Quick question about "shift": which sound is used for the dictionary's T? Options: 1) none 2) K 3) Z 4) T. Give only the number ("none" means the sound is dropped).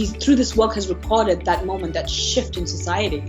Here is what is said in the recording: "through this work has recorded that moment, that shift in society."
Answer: 4